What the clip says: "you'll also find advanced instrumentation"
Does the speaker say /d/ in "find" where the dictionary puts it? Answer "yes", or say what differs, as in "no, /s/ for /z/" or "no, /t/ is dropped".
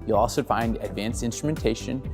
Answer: yes